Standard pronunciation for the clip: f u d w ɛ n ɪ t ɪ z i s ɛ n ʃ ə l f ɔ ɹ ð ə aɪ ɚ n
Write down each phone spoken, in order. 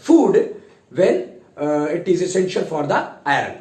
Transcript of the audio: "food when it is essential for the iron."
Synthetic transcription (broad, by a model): f u d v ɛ n ɪ t ɪ z i s ɛ n ʃ ə l f ɔ ɹ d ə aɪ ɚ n